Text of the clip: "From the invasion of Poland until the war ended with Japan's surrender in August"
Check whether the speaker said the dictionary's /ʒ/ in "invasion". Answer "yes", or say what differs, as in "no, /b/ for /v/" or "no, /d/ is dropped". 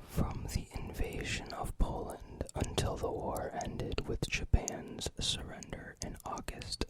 yes